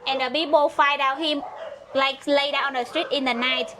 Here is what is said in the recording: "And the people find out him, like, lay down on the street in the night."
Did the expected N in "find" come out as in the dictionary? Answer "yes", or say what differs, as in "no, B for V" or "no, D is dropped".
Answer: no, N is dropped